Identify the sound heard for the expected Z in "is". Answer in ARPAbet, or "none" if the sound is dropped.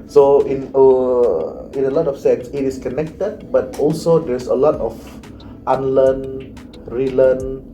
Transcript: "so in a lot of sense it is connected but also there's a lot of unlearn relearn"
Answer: S